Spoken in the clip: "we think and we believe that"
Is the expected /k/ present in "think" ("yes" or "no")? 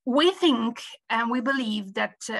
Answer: yes